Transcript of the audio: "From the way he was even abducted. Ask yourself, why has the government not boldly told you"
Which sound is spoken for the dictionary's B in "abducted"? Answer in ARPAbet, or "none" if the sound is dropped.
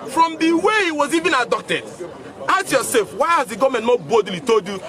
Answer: none